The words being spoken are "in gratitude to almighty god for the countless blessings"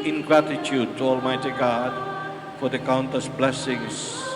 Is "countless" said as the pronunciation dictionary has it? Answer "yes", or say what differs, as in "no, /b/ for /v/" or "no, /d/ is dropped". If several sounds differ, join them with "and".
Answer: no, /l/ is dropped